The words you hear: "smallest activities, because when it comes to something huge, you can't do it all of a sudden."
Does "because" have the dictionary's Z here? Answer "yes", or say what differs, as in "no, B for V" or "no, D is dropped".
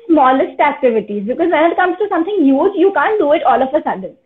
yes